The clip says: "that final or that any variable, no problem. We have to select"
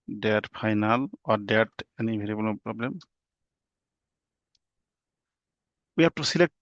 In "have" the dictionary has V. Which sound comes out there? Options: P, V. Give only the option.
P